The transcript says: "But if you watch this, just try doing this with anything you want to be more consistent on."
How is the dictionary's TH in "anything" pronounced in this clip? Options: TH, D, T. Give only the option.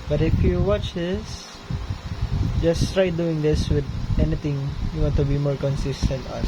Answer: T